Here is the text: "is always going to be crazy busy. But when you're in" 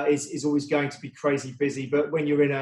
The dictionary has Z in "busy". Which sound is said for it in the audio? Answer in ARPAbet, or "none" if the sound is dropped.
Z